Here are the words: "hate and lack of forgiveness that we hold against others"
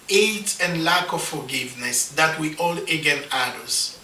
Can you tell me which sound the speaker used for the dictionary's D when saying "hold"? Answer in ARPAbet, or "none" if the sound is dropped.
none